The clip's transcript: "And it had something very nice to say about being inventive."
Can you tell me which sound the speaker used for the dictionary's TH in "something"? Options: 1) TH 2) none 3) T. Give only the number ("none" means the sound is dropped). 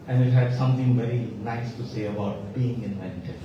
3